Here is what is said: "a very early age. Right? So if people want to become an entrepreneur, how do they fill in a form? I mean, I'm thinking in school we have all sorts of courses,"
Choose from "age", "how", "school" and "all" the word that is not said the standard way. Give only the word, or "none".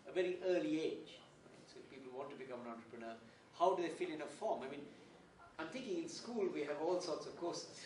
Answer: none